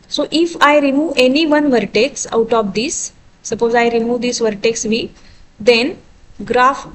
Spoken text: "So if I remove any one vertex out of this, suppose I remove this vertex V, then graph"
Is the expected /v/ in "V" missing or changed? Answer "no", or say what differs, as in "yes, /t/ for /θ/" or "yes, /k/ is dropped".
no